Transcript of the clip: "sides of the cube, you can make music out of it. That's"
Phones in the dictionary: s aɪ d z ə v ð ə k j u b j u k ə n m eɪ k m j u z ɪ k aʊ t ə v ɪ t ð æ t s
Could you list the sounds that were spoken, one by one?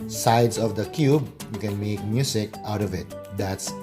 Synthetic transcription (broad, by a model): s aɪ d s ə v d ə k j u b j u k ə n m eɪ k m j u s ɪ k aʊ t ə v ɪ t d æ t s